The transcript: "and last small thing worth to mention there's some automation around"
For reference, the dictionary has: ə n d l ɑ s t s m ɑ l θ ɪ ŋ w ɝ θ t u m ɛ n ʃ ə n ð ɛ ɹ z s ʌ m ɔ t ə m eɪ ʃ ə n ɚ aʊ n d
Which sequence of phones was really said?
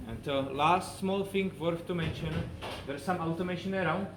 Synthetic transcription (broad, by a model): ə n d l ɑ s t s m ɑ l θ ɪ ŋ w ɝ f t u m ɛ n ʃ ə n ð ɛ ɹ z s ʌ m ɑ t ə m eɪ ʃ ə n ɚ aʊ n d